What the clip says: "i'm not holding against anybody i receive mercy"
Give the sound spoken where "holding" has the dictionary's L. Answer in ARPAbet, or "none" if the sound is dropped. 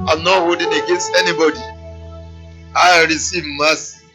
none